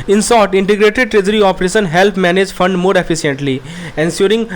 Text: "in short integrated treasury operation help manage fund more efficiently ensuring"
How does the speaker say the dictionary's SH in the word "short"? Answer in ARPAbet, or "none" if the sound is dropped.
S